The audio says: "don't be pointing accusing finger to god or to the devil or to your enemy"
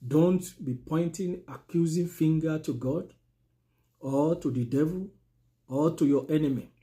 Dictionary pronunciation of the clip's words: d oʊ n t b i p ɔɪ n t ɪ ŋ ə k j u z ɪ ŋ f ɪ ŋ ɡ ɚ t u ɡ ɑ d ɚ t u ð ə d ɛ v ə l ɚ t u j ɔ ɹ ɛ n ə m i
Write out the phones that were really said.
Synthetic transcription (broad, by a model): d oʊ n t b i p ɔɪ n t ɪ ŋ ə k j u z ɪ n f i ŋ ɡ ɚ t u ɡ ɑ d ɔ t u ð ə d ɛ v ə l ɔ t u j ɔ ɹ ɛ n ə m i